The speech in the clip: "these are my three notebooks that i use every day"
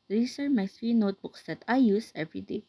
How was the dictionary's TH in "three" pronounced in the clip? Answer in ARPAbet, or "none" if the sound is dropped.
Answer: S